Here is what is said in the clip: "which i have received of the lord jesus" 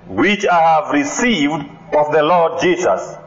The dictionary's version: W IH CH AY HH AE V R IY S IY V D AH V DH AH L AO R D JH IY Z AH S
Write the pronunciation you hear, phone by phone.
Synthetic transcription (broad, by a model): W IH CH AY HH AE V R IY S IY V D AH V DH AH L AO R D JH IY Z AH S